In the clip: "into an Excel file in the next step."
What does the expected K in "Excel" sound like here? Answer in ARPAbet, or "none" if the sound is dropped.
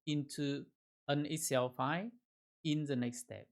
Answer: none